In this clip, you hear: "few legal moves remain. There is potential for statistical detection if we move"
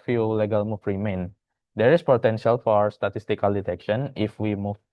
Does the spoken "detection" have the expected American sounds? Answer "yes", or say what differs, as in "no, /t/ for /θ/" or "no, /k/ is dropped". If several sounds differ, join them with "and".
yes